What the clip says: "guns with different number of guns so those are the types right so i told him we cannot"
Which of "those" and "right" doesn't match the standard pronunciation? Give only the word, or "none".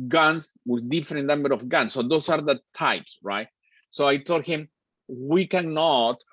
those